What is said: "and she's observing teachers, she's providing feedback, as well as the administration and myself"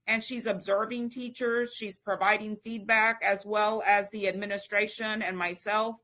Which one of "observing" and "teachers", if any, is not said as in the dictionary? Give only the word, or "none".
none